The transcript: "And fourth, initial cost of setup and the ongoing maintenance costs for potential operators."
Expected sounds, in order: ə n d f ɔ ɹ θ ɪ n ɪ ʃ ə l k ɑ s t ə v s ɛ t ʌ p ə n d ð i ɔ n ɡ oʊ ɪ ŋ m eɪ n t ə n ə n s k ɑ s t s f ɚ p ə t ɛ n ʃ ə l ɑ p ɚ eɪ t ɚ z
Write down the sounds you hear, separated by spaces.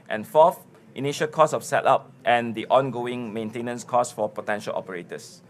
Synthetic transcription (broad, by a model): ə n f ɔ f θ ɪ n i ʃ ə l k ɑ s ə f s ɛ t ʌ p ə n d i ɔ n ɡ oʊ ɪ ŋ m eɪ n t ə n ə n s k ɑ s s f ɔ p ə t ɛ n ʃ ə l ɑ p ɚ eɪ t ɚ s